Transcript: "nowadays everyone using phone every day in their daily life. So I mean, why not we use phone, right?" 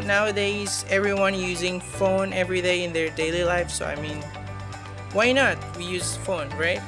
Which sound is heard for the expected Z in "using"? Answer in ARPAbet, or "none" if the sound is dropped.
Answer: Z